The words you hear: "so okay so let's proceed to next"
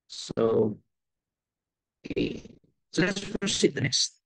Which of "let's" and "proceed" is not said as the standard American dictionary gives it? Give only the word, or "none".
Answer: proceed